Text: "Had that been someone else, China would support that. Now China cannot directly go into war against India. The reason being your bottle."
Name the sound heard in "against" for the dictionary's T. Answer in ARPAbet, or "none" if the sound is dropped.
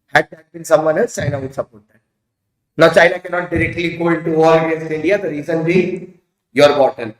none